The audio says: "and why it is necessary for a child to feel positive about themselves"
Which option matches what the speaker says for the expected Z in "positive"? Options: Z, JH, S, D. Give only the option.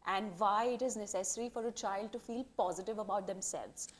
Z